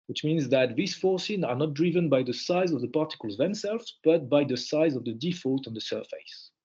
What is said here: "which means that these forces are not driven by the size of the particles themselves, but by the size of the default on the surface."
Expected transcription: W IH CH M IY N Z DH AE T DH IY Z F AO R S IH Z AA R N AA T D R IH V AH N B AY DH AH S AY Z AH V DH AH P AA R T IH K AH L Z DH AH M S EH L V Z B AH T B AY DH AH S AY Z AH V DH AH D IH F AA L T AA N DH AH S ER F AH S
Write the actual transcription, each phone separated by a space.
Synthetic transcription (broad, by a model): W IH CH M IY N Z DH AE T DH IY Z F AO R S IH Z AA R N AA T D R IH V AH N B AY DH AH S AY Z AH V DH AH P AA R T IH K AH L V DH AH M S EH L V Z B AH T B AY DH AH S AY Z AH V DH AH D IH F AA L T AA N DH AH S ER F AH S